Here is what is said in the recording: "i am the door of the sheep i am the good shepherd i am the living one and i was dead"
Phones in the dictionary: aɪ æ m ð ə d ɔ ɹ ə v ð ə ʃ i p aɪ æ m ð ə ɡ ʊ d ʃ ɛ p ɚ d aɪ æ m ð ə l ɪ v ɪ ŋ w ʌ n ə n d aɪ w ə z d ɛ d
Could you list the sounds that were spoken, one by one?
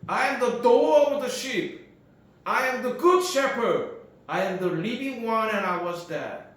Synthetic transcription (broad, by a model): aɪ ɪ m ð ə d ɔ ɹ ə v ð ə ʃ i p aɪ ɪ m ð ə ɡ ʊ d ʃ ɛ p ɚ d aɪ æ m ð ə l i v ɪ ŋ w ʌ n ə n aɪ w ə z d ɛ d